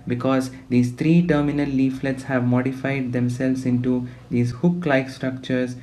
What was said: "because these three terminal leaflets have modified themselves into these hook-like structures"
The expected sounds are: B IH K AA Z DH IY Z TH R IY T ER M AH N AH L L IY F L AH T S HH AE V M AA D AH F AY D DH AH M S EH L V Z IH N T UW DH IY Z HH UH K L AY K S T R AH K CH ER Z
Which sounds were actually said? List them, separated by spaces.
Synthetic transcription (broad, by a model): B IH K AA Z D IY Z T R IY T ER M AH N AH L L IY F L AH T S HH AE V M AA D AH F AY D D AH M S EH L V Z IH N T UW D IY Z HH UH K L AY K S T R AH K CH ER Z